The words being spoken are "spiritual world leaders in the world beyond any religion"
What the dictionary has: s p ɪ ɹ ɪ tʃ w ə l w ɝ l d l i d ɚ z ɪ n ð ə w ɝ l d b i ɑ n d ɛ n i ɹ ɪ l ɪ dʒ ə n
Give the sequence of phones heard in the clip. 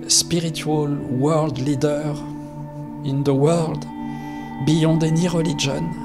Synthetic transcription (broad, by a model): s p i ɹ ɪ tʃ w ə l w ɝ l d l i d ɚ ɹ ɪ n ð ə w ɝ l d b i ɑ d ɛ n i ɹ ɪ l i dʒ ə n